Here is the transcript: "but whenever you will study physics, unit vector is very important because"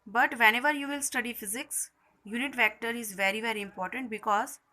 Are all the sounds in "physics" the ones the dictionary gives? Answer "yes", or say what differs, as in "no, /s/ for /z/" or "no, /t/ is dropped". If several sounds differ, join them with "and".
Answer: yes